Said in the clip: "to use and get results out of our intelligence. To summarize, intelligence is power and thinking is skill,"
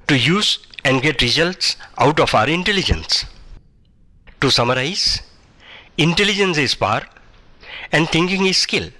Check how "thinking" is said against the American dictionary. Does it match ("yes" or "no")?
no